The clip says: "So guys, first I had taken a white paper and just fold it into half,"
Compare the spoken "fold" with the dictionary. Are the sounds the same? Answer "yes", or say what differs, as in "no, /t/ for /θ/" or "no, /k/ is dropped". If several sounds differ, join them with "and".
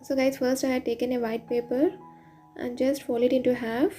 no, /d/ is dropped